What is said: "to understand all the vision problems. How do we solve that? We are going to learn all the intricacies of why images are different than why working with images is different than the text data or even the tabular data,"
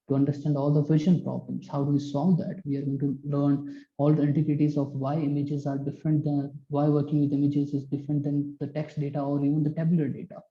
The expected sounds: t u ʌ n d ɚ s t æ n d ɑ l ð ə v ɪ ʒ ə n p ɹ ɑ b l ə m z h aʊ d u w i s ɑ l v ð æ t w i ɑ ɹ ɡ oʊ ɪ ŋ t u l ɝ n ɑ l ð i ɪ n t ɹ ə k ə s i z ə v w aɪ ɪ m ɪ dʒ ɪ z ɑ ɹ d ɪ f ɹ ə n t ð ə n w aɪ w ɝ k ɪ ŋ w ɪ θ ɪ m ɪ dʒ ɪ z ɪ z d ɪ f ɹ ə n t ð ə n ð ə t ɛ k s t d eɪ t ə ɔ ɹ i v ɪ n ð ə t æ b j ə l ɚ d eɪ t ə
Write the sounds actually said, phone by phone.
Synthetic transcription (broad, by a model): t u ʌ n d ɚ s t æ n d ɑ l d ə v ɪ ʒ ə n p ɹ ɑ b l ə m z h aʊ d u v i s ɑ l v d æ t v i ɑ ɹ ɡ oʊ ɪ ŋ t u l ɝ n ɑ l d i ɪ n t ə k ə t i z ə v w aɪ ɪ m ɪ dʒ ɪ z ɑ ɹ d ɪ f ɹ ə n t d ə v aɪ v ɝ k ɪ ŋ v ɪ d ɪ m ɪ dʒ ɪ z ɪ z d ɪ f ɹ ə n t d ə n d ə t ɛ k s t d eɪ t ə ɔ ɹ i v ɪ n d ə t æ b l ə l d eɪ t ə